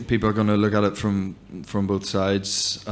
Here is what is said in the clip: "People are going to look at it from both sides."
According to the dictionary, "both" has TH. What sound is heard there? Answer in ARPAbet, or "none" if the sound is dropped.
TH